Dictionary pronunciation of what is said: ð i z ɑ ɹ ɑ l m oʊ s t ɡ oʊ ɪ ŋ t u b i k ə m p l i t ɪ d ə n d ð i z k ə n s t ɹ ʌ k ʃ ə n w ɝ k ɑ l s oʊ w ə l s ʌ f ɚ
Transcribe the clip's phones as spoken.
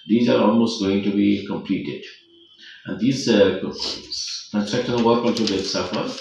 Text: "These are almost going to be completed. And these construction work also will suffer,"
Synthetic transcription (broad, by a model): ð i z ɑ ɹ ɑ l m oʊ s t ɡ oʊ ɪ ŋ t u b i k ə m p l i t ɪ d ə n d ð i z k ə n t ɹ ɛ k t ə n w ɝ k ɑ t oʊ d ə s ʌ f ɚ